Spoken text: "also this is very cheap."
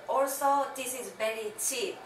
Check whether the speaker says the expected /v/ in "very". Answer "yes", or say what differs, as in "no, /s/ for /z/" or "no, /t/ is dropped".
no, /b/ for /v/